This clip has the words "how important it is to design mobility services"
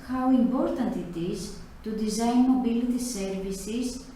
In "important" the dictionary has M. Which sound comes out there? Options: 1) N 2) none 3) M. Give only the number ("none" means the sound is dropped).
3